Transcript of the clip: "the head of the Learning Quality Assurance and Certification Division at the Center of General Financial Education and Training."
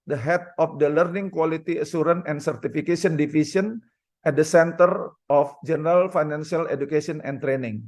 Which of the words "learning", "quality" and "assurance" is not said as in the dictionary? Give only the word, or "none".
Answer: assurance